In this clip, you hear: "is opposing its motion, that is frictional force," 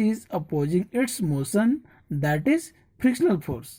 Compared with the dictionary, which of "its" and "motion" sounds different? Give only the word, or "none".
motion